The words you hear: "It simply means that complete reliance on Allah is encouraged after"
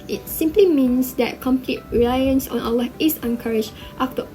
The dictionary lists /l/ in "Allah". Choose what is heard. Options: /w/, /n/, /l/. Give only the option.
/w/